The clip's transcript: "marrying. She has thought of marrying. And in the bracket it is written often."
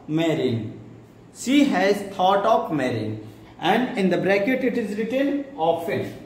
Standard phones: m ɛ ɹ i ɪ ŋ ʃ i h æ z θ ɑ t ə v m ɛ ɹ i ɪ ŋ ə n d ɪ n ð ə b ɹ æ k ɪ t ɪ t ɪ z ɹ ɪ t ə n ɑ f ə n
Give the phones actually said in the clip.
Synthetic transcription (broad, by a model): m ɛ ɹ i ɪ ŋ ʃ i h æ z t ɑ t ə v m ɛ ɹ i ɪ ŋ ə n d ɪ n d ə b ɹ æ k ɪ t ɪ t ɪ z ɹ ɪ t ə n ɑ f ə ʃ